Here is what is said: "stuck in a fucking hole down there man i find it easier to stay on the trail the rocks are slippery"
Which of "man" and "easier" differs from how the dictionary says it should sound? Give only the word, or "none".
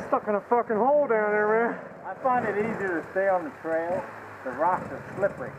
man